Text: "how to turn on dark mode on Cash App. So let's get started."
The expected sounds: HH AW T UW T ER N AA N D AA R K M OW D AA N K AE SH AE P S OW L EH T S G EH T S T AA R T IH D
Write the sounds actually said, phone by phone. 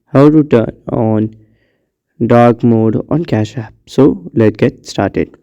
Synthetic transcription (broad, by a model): HH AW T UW T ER N AA N D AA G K M OW D AA N K AE SH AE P S OW L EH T G EH T S T AA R T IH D